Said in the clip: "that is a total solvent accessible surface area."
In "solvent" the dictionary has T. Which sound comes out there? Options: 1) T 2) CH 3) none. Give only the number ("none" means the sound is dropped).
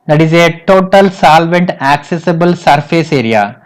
1